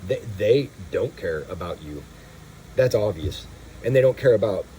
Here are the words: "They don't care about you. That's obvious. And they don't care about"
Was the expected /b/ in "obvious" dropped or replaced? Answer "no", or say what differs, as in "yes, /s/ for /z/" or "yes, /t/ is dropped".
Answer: yes, /b/ is dropped